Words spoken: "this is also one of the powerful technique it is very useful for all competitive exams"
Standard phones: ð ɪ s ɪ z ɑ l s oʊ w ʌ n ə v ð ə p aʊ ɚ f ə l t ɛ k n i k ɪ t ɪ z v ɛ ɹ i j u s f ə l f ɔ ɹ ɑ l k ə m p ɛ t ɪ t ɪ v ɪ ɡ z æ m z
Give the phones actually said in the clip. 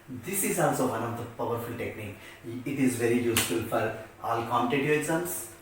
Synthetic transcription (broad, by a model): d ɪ s ɪ z ɑ l s oʊ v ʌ n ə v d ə p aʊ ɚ f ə l t ɛ k n i k ɪ t ɪ z v ɛ ɹ i j u s f ə l f ɔ ɹ ɑ l k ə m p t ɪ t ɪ ɪ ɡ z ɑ m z